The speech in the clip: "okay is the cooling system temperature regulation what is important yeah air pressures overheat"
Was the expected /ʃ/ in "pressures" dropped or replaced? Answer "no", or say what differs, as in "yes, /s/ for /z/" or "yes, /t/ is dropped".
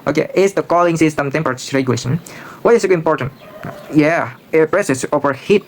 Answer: yes, /s/ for /ʃ/